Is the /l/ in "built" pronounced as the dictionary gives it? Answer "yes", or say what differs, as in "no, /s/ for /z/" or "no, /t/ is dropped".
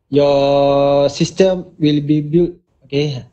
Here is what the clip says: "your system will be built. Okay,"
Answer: no, /l/ is dropped